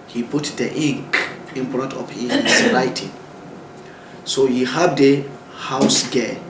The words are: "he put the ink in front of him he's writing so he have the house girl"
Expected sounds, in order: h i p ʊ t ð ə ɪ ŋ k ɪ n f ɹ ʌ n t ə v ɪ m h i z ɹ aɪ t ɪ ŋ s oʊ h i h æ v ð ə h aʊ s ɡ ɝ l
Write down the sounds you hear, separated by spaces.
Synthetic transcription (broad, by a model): h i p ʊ t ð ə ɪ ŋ k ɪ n p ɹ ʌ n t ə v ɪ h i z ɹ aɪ t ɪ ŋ s oʊ h i h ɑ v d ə h aʊ s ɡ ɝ